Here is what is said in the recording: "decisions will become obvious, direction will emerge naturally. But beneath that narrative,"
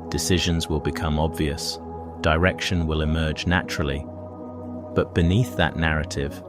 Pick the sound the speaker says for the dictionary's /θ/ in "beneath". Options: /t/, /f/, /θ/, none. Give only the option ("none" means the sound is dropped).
/θ/